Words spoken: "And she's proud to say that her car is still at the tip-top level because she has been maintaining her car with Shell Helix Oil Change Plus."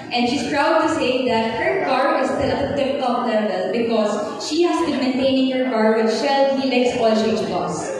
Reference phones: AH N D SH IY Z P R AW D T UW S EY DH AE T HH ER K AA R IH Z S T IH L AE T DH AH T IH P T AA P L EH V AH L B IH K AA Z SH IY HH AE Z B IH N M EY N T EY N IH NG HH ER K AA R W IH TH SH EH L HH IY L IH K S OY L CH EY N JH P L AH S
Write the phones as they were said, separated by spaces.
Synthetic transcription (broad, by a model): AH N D SH IY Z P R AW D T UW S EY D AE T HH ER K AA R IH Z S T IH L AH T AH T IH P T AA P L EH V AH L B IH K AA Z SH IY HH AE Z B IH N M EY N T EY N IH NG HH ER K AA R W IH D SH EH L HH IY L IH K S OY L SH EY JH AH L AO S